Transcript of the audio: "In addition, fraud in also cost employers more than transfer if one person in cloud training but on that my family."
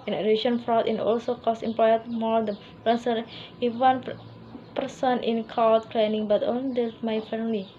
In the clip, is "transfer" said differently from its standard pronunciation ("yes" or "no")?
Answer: yes